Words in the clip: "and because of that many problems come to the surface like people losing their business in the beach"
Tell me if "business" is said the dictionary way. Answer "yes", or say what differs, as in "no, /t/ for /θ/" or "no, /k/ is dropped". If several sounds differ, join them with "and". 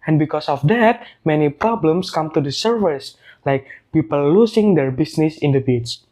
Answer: no, /s/ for /z/